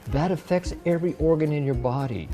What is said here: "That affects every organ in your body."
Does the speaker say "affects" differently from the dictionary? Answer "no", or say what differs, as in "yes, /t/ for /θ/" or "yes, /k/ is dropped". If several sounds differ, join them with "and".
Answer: no